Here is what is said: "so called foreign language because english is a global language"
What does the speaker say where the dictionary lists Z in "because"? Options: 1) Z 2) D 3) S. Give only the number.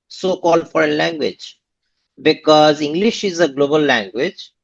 1